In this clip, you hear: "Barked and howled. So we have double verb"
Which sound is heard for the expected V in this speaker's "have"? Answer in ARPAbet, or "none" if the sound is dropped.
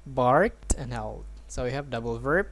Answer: V